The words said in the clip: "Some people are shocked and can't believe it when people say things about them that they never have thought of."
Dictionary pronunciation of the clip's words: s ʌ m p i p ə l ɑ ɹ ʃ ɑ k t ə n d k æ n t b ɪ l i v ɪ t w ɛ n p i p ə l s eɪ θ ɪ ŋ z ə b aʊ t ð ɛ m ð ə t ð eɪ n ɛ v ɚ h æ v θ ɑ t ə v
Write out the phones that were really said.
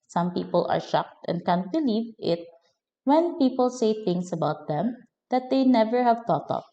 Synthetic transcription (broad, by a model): s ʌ m p i p ə l ɑ ɹ ʃ ɑ k t ə n d k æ n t b ɪ l i v ɪ t w ɛ n p i p ə l s eɪ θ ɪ ŋ s ə b aʊ t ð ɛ m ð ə t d eɪ n ɛ v ɚ h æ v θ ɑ t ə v